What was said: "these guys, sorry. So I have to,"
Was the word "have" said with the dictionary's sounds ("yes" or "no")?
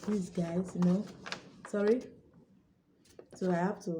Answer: no